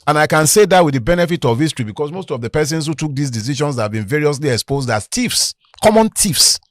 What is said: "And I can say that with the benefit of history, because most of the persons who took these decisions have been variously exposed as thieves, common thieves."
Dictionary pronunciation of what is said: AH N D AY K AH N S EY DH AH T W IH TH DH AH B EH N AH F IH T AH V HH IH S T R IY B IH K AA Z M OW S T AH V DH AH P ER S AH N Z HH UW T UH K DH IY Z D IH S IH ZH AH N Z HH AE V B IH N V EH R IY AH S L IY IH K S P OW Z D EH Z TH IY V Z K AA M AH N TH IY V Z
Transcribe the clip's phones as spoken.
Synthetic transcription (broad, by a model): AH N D AY K AH N S EY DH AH T W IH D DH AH B EH N AH F IH T AH V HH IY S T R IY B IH K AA S M OW S T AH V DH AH P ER S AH N S HH UW T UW K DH IY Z D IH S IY SH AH N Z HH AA V B IH N V EH R IY AH S L IY IH K S P OW Z D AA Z T IY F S K AA M AH N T IY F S